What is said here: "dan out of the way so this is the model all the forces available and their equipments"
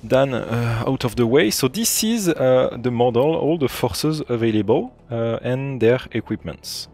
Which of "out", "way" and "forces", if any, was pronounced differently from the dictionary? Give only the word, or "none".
none